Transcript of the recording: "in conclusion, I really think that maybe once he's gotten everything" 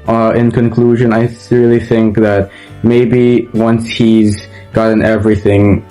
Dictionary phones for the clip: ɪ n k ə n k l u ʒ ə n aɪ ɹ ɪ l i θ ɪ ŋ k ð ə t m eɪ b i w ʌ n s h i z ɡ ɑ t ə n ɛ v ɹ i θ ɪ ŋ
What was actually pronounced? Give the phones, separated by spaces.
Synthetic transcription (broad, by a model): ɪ n k ə n k l u ʒ ə n aɪ ɹ ɪ l i θ ɪ ŋ k ð ə t m eɪ b i w ʌ n s h i z ɡ ɑ t ə n ɛ v ɹ i θ ɪ ŋ